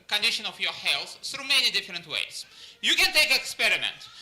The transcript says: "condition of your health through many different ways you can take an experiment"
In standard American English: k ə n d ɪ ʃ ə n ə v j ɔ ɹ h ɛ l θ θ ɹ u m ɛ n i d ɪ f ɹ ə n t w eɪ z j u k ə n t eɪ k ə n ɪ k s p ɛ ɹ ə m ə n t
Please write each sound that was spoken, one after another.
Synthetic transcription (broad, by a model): k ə n d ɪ ʃ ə n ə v j ɔ ɹ h ɛ l θ θ ɹ u m ɛ n i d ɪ f ɹ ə n t w eɪ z j u k ə n t eɪ ə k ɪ k s p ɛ ɹ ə m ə n t